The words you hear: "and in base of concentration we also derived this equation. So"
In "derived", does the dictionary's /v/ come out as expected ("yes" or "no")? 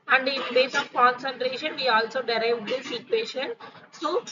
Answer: yes